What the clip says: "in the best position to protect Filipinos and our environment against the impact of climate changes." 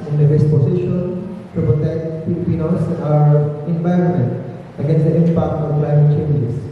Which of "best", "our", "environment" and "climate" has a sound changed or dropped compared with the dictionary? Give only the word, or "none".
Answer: none